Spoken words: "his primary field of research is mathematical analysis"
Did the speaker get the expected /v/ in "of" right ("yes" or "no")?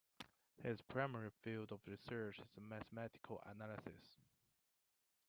yes